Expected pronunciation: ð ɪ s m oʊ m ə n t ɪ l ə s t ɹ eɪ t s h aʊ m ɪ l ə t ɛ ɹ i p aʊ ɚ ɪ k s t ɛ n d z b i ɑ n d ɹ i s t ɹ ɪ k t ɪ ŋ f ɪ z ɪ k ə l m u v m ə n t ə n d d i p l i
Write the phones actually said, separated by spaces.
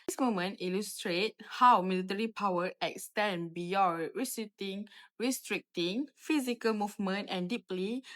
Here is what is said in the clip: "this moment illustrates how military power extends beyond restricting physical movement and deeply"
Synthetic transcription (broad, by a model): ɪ s m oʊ m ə n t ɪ l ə s t ɹ eɪ t h aʊ m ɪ l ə t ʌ ɹ i p aʊ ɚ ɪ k s t ɛ n b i ɑ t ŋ ɹ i s t ɹ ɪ k t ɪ ŋ f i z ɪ k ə l m u v m ə n t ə n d d i p l i